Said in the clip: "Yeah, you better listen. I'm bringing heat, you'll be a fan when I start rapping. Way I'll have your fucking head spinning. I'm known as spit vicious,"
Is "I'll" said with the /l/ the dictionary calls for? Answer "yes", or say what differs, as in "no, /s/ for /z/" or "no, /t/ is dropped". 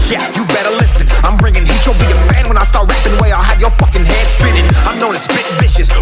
yes